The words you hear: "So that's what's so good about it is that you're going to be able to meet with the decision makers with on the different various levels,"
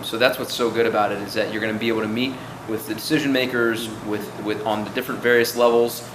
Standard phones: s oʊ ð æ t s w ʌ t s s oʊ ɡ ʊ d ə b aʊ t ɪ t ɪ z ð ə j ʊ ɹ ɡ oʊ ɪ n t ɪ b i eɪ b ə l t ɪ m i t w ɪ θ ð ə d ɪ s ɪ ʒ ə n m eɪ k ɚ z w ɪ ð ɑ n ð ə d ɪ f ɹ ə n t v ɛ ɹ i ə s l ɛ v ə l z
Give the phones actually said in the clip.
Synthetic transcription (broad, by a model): s oʊ ð æ t s w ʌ t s s oʊ ɡ ʊ d ə b aʊ t ɪ t ɪ z ð ə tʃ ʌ ɹ ɡ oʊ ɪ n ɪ b i eɪ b l t ɪ m i t w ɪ ð ə d ɪ s ɪ ʒ ə n m eɪ k ɚ z w ɪ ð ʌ n ð ə d ɪ f ɹ ə n t v ɛ ɹ i ə s l ɛ v l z